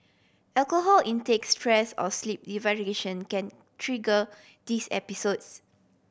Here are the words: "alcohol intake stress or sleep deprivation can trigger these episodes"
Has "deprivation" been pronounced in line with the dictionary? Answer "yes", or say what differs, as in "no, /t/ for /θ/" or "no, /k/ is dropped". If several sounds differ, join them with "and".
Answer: no, /v/ is dropped